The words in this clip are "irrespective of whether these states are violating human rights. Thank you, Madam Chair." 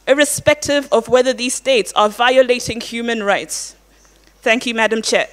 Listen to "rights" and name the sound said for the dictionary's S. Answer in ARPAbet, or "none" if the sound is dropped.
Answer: S